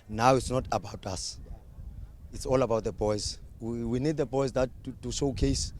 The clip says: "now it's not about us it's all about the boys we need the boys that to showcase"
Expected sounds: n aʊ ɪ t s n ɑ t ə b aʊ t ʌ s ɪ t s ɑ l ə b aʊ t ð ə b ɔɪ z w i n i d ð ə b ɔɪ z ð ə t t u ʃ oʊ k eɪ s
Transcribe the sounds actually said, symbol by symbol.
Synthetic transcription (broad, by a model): n aʊ ɪ t s n ɑ t ə b aʊ t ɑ s ɪ t s ɑ l ə b aʊ t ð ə b ɔɪ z w i n i d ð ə b ɔɪ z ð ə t t u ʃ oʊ k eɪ s